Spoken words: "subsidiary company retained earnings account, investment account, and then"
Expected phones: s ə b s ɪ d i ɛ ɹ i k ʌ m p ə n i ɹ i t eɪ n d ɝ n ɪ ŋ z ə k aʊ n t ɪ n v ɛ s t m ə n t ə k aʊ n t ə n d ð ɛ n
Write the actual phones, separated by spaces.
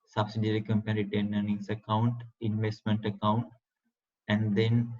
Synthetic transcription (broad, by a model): s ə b s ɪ d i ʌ ɹ i k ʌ m p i ɹ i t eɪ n ɝ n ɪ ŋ s ə k aʊ n t ɪ n v ɛ s t m ə n t ə k aʊ n t ə n d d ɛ n